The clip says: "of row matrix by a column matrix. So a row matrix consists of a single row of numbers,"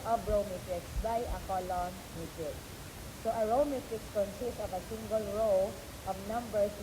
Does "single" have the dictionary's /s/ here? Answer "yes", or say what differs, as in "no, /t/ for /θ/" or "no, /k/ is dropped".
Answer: yes